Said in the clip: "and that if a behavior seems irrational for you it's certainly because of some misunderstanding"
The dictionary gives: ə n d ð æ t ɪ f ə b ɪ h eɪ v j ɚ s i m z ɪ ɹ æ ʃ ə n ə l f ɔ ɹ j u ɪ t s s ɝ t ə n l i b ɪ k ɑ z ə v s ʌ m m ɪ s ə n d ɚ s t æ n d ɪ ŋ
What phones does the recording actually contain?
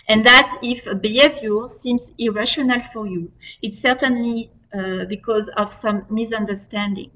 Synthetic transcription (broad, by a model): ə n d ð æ t ɪ f ə b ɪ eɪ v j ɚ s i m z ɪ ɹ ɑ ʃ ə n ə l f ɔ ɹ j u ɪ t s s ɝ t ə n l i b ɪ k ɑ z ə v s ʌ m m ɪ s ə n d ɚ s t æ n d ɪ ŋ